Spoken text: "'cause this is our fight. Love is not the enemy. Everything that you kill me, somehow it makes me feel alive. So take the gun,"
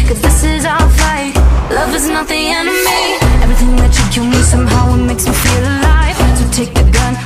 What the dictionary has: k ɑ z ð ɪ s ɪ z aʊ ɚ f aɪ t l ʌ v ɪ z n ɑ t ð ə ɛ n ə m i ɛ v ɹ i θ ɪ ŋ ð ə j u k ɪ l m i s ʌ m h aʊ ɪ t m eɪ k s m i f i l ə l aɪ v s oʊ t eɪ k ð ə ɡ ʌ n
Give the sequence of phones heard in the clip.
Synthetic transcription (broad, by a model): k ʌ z ð ɪ s ɪ z aʊ ɚ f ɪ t l ʌ v ɪ z n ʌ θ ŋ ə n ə m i ɛ v ɹ i θ ɪ ŋ ð ə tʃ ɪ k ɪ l m i s ʌ m h aʊ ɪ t m eɪ k s m i f i l ə l aɪ v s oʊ t eɪ k ð ə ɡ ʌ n